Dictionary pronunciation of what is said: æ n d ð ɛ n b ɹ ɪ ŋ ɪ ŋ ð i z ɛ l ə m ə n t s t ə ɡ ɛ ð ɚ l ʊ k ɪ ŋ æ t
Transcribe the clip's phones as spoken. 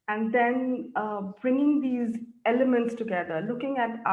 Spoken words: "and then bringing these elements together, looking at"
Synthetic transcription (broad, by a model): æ n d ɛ n b ɹ ɪ ŋ ɪ ŋ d i z ɛ l ə m ə n t s t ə ɡ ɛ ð ɚ l ʊ k ɪ ŋ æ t